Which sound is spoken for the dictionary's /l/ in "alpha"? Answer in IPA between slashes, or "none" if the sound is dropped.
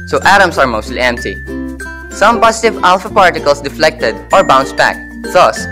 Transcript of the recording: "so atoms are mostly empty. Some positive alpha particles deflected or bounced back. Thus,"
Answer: /l/